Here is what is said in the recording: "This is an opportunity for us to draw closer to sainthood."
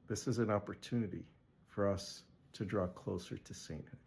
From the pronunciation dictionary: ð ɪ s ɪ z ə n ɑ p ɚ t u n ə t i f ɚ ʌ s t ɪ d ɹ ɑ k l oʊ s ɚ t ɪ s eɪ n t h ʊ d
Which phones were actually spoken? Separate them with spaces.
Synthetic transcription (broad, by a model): ð ɪ s ɪ z ə n ɑ p ɚ t u n ə t i f ɚ ʌ s t ɪ d ɹ ɑ k l oʊ s ɚ t ɪ s eɪ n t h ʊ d